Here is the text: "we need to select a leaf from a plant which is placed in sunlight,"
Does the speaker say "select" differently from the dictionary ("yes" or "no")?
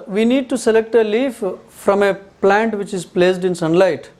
no